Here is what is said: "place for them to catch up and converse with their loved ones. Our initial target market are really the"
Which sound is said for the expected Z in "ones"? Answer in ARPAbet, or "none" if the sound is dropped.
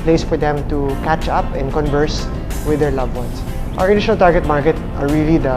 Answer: S